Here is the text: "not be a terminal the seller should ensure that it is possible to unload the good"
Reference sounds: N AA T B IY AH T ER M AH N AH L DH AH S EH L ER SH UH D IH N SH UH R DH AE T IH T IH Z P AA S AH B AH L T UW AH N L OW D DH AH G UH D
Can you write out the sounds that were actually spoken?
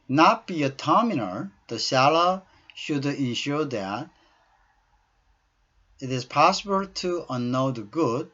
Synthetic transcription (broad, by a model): N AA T B IY AH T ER M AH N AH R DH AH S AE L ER SH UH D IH N SH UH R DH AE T IH T IH Z P AA S AH B AH L T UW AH N OW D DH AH G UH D